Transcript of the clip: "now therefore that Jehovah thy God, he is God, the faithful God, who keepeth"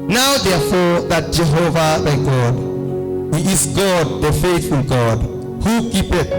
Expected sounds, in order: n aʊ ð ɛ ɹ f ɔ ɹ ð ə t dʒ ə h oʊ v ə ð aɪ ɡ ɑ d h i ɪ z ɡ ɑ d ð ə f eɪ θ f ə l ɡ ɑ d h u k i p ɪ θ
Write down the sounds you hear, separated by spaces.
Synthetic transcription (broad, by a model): n aʊ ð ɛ f ɔ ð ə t dʒ ə h oʊ v ə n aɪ ɡ ɑ d h i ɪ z ɡ ɑ d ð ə f eɪ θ ə n ɡ ɑ d h u k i p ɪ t